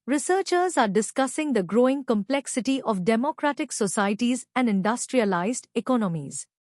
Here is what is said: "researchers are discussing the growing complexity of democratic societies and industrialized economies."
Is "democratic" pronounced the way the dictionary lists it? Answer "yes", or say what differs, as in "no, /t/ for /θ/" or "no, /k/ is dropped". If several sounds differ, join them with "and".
yes